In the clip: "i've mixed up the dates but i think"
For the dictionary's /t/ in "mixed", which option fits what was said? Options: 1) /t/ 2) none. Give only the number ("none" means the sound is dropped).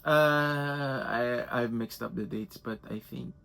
1